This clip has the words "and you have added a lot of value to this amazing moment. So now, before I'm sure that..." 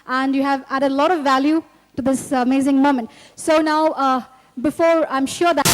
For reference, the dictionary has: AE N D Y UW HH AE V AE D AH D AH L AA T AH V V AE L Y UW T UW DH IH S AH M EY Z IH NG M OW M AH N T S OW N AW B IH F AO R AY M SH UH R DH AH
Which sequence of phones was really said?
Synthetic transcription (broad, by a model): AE N D Y UW HH AE V AE D AH D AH L AA T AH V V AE L Y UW T UW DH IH S AH M EY Z IH NG M OW M AH N T S OW N AW B IH F AO R AY M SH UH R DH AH